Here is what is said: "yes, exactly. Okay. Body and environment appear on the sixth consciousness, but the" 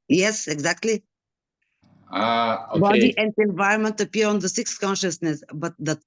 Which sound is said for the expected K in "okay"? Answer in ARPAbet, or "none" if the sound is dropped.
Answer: none